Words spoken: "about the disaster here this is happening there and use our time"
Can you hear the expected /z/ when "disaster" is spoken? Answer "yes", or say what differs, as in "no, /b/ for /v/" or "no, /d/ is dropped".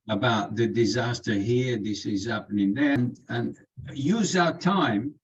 yes